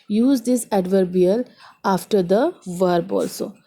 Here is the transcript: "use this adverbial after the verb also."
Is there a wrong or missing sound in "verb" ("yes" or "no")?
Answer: no